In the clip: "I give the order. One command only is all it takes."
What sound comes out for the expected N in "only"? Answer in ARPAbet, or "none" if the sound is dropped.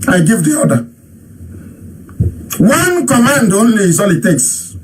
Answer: N